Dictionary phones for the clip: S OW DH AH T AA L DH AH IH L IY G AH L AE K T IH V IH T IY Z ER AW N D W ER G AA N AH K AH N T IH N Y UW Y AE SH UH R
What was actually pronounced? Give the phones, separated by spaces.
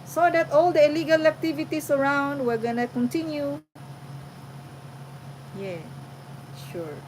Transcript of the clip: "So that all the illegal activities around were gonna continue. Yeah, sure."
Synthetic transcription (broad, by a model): S OW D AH T AA L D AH IH L IY G AH L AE K T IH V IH T IY S ER AW N D W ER G AA N AH K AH N T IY N Y UW Y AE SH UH R